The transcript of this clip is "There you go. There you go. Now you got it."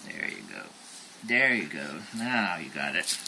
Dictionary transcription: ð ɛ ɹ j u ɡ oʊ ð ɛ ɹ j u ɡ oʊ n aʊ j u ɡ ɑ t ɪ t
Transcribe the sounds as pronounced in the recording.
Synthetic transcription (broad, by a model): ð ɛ ɹ j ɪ ɡ oʊ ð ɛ ɹ j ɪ ɡ oʊ n aʊ j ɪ ɡ ɑ t ɪ t